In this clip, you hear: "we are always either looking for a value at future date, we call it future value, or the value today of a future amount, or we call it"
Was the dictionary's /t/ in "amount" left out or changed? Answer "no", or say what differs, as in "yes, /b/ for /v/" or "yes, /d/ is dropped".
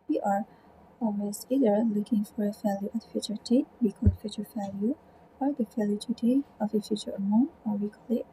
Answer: yes, /t/ is dropped